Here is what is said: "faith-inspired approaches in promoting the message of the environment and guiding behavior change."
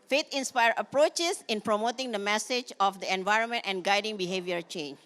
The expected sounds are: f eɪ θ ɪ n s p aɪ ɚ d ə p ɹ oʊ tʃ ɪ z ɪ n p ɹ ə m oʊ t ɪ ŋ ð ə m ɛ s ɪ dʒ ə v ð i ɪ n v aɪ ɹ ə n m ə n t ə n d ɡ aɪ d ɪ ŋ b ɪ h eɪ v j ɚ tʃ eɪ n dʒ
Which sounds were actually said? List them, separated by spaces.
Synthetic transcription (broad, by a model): f eɪ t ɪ n s p aɪ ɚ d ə p ɹ oʊ tʃ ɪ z ɪ n p ɹ ə m oʊ t ɪ ŋ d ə m ɛ s ɪ dʒ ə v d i ɪ n v aɪ ɹ ə n m ə n t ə n ɡ aɪ d ɪ ŋ b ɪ h eɪ v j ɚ tʃ eɪ n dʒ